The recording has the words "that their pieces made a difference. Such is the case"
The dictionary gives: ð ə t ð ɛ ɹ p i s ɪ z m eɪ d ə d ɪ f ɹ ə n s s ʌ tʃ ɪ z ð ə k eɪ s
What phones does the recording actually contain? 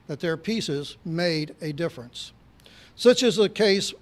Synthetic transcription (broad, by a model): ð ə t ð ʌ ɹ p i s ɪ z m eɪ d ə d ɪ f ɹ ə n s s ʌ tʃ ɪ z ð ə k eɪ s